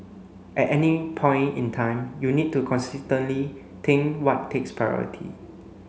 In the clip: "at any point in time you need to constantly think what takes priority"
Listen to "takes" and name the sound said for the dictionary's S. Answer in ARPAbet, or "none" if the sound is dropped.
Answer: S